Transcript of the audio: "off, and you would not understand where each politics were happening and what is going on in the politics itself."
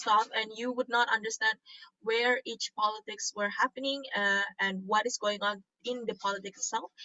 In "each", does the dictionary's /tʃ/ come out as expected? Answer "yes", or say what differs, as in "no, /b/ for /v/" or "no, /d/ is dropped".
yes